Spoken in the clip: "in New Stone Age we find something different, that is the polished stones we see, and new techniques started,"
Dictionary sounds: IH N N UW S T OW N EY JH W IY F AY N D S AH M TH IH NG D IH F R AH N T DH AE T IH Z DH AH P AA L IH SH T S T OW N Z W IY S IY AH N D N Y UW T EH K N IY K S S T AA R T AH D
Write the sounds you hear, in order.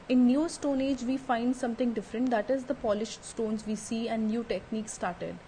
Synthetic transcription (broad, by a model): IH N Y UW S T OW N EY JH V IY F AY N D S AH M T IH NG D IH F R AH N T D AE T IH Z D AH P AA L IH SH T S T OW N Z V IY S IY AH N D N Y UW T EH K N IY K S S T AA R T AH D